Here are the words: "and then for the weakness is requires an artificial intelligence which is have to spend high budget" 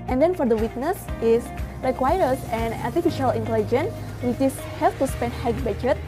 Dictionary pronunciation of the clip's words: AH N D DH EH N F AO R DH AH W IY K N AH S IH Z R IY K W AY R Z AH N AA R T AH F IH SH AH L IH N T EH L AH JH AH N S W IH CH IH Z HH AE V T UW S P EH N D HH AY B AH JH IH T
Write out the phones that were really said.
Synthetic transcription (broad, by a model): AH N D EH N F AO R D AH W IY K N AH S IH S R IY K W AY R S AH N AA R T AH F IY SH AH L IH N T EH L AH JH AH N W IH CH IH S HH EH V T UW S P EH N D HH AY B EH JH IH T